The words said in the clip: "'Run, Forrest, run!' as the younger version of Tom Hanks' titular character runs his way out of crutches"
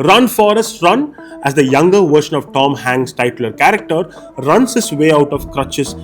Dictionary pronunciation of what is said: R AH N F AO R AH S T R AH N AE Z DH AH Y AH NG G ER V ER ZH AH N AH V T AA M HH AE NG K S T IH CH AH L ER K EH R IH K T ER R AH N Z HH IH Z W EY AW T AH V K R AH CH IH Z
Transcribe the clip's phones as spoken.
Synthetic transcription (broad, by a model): R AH N F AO R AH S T R AH N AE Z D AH Y AH NG G ER V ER SH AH N AH V T AA M HH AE NG S T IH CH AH L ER K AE R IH K T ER R AH N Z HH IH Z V EY AW T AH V K R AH CH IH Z